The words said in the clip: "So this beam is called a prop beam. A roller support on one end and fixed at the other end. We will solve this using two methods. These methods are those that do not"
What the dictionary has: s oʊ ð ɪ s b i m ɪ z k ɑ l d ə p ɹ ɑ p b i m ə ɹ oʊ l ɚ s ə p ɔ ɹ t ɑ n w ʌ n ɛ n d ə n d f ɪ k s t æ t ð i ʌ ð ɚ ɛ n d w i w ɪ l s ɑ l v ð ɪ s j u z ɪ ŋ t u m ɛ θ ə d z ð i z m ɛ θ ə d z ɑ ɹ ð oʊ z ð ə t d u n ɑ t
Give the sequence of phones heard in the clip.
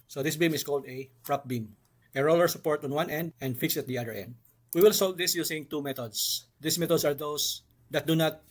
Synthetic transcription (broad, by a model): s oʊ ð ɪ s b i m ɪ s k ɑ l d ə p ɹ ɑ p b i m ə ɹ oʊ l ɚ s ə p ɔ ɹ t ɑ n w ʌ n ɛ n d ə n d f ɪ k s ʌ t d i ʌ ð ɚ ɛ n d w i w ɪ l s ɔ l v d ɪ s j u s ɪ ŋ t u m ɛ t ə d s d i s m ɛ t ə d s ɑ ɹ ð oʊ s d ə t d u n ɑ t